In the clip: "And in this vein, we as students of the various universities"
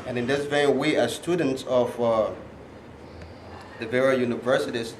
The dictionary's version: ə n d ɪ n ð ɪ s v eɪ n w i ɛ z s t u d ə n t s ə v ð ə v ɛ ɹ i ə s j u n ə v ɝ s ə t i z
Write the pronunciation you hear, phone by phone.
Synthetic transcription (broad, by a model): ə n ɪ n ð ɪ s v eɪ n w i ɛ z s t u d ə n t s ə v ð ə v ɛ ɹ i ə j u n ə v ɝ s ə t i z